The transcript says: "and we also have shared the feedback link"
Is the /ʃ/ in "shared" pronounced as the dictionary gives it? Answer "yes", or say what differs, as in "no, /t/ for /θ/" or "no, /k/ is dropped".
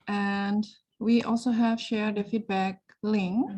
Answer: yes